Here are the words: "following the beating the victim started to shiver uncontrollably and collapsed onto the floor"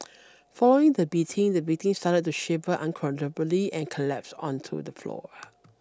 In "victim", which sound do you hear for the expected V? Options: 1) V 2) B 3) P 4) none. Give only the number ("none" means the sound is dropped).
2